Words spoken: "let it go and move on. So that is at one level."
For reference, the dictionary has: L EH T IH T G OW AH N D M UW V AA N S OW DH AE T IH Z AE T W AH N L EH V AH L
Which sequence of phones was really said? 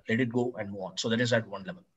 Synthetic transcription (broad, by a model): L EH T IH T G OW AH N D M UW AA N S OW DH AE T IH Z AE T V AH N L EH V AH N